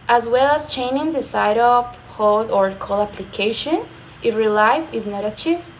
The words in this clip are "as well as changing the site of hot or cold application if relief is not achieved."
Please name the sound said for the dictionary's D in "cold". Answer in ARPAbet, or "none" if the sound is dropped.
none